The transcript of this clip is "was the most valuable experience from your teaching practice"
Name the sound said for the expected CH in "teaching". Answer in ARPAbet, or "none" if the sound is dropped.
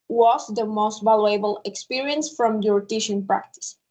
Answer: SH